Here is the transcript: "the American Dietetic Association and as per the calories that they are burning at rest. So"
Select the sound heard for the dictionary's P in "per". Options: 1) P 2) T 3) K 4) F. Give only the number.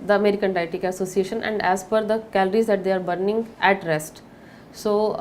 4